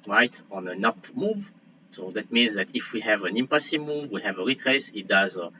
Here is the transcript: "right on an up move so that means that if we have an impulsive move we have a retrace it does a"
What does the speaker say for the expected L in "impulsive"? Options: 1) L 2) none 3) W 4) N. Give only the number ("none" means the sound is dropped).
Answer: 2